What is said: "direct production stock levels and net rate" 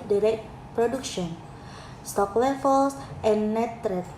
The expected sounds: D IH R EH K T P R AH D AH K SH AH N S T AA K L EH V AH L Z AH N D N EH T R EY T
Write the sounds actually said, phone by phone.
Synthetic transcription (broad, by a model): D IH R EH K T P R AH D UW K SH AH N S T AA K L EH F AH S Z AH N N EH T R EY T